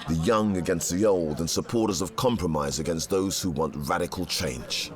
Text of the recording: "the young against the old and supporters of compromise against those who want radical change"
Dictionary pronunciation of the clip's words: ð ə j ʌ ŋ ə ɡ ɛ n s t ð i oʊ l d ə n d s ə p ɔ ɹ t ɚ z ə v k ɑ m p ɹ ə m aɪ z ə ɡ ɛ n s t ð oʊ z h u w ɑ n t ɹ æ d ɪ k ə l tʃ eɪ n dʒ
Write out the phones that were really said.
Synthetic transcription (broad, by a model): ð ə j ʌ ŋ ə ɡ ɛ n s t ð i oʊ l d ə n s ə p ɔ ɹ t ɚ z ə v k ɑ m p ɹ ə m aɪ z ə ɡ ɛ n s t ð oʊ z h u w ɑ n t ɹ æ d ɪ k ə l tʃ eɪ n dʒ